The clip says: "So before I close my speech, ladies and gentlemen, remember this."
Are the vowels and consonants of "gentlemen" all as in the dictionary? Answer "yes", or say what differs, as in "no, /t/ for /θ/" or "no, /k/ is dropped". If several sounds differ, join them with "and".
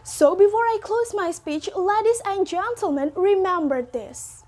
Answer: yes